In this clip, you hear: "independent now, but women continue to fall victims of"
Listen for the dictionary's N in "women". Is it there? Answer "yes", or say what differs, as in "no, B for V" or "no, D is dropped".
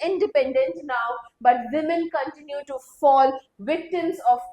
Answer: no, L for N